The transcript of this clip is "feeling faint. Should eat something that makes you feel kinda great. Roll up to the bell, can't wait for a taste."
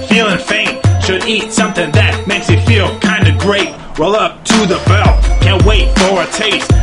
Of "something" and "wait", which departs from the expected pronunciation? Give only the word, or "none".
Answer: none